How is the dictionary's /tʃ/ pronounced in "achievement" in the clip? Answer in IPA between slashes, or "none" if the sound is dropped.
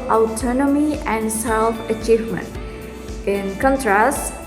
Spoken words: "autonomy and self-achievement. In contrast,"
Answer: /tʃ/